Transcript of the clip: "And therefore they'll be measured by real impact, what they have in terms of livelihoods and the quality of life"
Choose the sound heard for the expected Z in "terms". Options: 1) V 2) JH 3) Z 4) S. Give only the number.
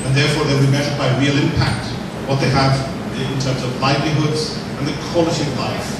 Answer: 3